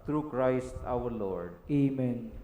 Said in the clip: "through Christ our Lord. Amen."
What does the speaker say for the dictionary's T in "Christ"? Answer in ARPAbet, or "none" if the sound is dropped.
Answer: T